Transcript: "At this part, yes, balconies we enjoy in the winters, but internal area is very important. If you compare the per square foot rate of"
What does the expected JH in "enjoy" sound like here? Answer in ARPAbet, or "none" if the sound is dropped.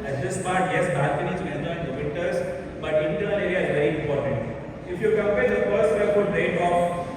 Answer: none